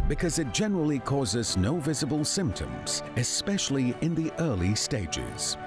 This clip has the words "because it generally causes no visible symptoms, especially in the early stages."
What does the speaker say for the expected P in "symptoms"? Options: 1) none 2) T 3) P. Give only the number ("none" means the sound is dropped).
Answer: 3